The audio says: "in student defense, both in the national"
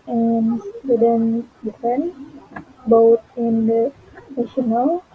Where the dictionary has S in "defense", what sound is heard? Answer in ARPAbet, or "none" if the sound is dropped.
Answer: none